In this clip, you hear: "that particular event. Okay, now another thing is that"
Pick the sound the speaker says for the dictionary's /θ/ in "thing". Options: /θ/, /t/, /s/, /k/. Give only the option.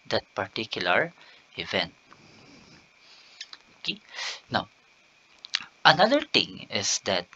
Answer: /t/